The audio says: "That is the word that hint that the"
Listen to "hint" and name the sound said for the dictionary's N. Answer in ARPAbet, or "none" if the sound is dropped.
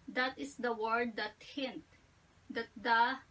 N